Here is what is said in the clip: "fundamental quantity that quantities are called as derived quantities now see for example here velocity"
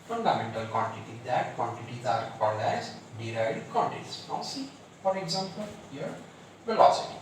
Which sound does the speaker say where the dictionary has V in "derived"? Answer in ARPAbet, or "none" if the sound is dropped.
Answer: none